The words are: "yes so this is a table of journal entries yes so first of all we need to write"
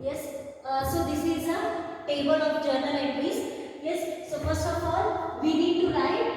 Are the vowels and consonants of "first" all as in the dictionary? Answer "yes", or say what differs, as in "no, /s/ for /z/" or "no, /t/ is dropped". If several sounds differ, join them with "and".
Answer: no, /t/ is dropped